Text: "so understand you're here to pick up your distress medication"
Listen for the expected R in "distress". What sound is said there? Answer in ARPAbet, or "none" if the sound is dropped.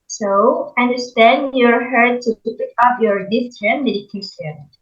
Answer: none